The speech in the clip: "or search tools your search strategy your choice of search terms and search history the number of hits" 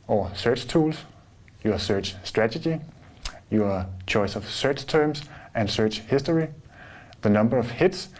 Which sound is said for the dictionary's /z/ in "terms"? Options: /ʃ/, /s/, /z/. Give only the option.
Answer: /s/